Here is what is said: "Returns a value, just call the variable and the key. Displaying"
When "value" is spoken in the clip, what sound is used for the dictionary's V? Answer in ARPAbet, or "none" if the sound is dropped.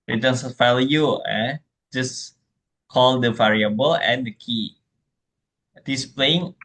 F